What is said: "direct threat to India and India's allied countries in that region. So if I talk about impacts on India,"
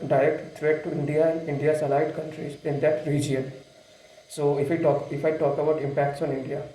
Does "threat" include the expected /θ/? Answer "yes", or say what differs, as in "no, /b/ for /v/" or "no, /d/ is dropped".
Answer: no, /t/ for /θ/